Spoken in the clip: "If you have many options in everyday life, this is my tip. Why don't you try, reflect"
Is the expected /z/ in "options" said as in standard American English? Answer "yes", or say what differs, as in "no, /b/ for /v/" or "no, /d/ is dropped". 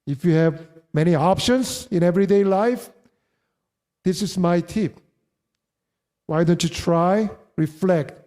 no, /s/ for /z/